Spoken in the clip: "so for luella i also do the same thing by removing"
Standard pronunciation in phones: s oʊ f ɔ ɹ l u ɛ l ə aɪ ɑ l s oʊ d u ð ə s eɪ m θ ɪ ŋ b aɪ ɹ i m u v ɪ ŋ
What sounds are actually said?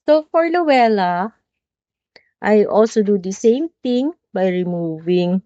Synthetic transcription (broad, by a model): s oʊ f ɔ ɹ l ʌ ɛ l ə aɪ ɑ l s oʊ d u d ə s eɪ m t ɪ ŋ b aɪ ɹ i m u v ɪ ŋ